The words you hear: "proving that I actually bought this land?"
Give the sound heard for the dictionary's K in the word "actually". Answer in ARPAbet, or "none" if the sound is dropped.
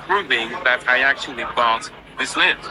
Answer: K